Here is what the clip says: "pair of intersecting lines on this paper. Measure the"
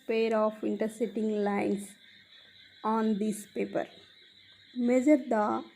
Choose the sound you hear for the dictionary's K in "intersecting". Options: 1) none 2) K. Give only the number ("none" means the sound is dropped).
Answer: 1